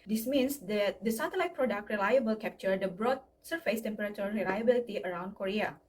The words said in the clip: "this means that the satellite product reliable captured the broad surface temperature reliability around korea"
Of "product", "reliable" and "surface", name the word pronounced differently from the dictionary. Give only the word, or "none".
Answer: none